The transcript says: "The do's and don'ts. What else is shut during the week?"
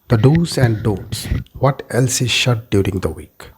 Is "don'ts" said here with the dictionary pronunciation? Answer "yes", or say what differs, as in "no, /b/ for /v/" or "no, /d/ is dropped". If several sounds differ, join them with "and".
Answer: no, /n/ is dropped